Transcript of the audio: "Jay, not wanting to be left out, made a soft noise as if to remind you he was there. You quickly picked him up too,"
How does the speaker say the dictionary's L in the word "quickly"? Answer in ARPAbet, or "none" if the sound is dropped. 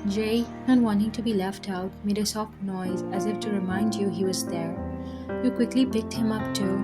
L